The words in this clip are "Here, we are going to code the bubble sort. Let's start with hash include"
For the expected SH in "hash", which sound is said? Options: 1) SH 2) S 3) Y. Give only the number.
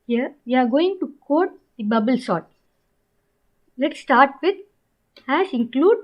2